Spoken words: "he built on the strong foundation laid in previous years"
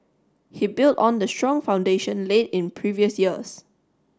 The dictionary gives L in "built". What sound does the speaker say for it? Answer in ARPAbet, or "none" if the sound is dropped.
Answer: L